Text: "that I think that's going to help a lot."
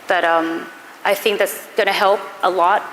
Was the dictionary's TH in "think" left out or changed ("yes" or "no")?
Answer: no